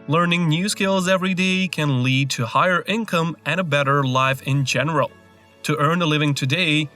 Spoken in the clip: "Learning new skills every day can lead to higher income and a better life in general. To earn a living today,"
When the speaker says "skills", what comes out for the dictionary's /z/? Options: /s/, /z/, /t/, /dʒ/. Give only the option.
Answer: /z/